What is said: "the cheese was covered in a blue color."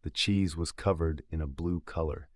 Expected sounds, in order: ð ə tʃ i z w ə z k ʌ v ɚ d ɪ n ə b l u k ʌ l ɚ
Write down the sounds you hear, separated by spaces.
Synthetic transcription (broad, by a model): ð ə tʃ i z w ə z k ʌ v ɚ d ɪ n ə b l u k ʌ l ɚ